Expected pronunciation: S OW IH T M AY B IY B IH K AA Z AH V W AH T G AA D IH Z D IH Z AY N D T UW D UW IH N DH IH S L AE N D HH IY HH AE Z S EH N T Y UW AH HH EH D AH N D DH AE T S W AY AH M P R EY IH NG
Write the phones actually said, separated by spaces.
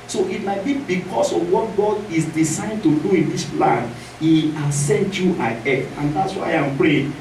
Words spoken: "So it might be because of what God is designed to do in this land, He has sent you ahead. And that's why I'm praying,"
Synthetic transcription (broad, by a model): S OW IH T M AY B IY B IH K AA S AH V W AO T G AA D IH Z D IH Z AY N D T UW D UW IH N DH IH S L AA N HH IY HH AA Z S EH N T Y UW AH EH AH N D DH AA T S W AY AH M P R EY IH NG